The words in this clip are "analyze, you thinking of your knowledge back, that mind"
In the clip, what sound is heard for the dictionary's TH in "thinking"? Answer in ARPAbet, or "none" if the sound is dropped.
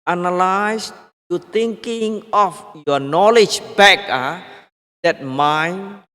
T